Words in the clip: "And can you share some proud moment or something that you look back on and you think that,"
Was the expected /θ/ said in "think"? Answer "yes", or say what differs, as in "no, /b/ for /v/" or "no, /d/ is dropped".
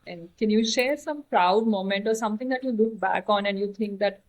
no, /t/ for /θ/